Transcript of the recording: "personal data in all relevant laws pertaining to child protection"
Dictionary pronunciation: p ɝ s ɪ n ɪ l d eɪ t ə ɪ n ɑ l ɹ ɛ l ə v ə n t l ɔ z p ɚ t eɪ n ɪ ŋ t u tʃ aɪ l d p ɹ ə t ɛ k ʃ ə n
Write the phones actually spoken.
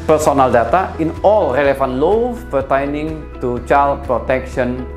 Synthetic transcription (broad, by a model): p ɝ s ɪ n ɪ l d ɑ t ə ɪ n ɑ l ɹ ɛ l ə f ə n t l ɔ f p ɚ t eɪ n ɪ ŋ t u tʃ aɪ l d p ɹ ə t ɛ k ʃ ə n